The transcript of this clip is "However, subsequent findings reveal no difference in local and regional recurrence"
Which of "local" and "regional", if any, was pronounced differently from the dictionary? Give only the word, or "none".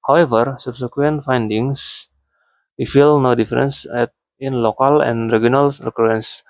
regional